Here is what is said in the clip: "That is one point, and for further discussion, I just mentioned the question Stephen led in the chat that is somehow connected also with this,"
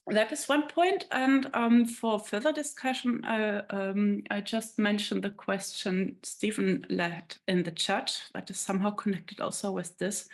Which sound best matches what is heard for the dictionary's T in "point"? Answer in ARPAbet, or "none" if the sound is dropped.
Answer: T